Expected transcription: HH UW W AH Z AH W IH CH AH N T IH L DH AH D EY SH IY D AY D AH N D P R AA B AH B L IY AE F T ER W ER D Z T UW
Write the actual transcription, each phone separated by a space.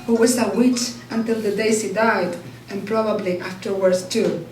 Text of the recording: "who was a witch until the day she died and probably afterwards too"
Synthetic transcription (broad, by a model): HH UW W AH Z AH W IH CH AH N T IH L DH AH D EY S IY D AY D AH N P R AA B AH B L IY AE F T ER W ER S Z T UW